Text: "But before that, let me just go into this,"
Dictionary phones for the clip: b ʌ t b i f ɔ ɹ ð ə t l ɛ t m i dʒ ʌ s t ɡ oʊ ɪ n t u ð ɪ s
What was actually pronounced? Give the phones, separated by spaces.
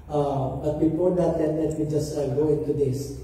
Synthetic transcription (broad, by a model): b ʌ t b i p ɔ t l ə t l ɛ t m i dʒ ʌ s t ɡ oʊ ɪ n t u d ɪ s